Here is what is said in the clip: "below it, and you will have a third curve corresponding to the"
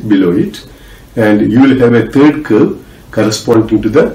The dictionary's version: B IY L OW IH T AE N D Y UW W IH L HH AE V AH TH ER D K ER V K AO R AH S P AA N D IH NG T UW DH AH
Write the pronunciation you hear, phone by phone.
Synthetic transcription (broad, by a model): B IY L OW IH T AE N D Y UW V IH L HH AE V AH T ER D K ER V K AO R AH S P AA N D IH NG T UW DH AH